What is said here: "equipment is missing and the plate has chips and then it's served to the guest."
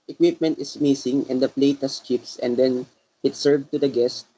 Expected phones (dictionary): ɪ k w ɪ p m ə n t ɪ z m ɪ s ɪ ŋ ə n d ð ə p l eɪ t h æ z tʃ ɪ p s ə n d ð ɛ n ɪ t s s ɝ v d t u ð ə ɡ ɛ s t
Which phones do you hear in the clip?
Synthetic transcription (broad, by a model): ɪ k w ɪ p m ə n t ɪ s m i s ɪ ŋ ə n d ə p l eɪ t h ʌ s tʃ ɪ p s ə n d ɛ n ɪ t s s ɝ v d t u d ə ɡ ɛ s t